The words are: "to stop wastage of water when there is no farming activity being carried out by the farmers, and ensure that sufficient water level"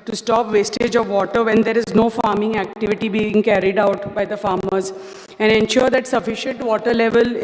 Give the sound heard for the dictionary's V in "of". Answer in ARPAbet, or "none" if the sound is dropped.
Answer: V